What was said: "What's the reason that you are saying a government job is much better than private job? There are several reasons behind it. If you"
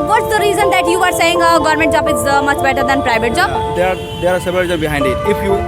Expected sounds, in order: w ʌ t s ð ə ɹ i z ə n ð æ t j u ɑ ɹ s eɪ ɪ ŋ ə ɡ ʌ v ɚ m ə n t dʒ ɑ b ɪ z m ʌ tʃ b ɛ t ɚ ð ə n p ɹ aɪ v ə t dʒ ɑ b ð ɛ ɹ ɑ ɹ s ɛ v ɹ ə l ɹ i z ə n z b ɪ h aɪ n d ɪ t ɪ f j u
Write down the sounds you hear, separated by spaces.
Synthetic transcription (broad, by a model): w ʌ t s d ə ɹ i z ə n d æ t j u ɑ ɹ s eɪ ɪ ŋ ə ɡ ʌ v ɚ m ə n t dʒ ɑ b ɪ z m ʌ tʃ b ɛ t ɚ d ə n p ɹ aɪ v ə t dʒ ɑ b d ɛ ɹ ɑ ɹ s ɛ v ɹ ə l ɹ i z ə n b ɪ h aɪ n d ɪ t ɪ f j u